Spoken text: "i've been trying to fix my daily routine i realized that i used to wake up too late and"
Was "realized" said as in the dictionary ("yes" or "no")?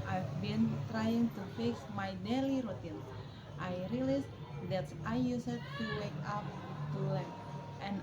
no